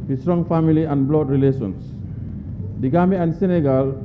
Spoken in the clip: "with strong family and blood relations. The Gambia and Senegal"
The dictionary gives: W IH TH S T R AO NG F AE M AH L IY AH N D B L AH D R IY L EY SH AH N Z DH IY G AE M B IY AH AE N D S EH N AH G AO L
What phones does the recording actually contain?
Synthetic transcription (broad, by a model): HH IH S T R AO NG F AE M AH L IY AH N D B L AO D R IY L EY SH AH N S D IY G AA M IY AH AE N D S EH N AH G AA L